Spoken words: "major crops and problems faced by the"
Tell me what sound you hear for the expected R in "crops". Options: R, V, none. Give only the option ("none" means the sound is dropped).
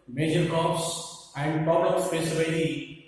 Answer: none